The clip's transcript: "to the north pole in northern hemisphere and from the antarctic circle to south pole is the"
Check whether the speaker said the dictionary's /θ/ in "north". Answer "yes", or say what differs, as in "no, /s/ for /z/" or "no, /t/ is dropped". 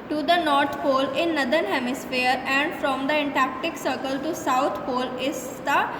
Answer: no, /t/ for /θ/